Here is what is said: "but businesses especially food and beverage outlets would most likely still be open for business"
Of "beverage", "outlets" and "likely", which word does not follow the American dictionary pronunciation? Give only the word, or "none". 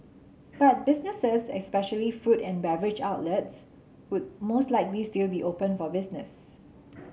none